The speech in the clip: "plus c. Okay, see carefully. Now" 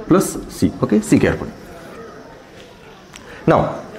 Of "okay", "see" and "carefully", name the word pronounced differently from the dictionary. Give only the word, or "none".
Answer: carefully